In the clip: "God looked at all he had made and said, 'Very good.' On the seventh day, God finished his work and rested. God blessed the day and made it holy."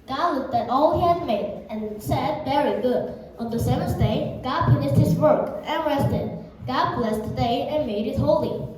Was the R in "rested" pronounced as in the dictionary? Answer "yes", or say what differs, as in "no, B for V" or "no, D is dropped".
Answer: yes